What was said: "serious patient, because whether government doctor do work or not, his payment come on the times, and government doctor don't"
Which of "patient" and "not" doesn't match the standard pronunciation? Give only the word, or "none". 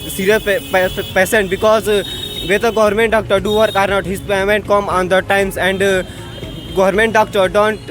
patient